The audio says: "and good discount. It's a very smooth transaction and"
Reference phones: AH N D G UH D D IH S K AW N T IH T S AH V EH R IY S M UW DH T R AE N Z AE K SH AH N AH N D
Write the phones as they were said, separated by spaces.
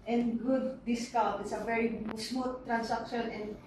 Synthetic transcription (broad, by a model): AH N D G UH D D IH S K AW T IH T S AH V EH R IY S M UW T R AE N S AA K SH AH N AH N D